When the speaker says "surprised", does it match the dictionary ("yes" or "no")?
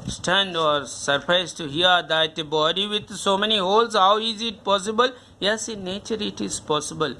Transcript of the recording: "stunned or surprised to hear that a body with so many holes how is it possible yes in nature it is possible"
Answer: no